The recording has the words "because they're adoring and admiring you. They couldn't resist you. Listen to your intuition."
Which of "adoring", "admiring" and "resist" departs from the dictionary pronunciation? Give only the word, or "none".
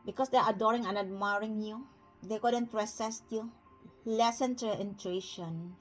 resist